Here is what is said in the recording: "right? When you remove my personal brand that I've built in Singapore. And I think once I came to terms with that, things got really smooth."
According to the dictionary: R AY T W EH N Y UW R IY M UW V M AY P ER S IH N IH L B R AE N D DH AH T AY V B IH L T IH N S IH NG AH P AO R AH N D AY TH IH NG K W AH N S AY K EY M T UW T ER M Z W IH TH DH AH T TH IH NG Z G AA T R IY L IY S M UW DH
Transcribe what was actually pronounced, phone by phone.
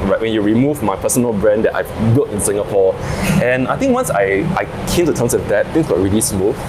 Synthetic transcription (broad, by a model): R AY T W EH N Y UW R IY M UW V M AY P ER S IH N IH L B R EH N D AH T AY V B IH L T IH N S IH NG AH P AO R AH N AY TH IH NG K W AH N S AY K EY M T UW T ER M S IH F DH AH T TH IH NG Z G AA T R IY L IY S M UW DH